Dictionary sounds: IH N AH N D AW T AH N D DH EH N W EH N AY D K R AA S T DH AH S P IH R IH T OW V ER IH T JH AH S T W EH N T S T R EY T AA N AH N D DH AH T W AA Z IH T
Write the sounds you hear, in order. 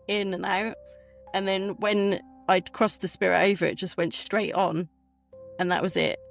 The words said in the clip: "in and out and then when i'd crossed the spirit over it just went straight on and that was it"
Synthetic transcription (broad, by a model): IH N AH N AW T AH N DH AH N W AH N AY D K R AA S DH AH S P IH R IH T OW V ER IH T JH AH S T W EH N T S T R EY T N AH N DH AH T W AA Z IH T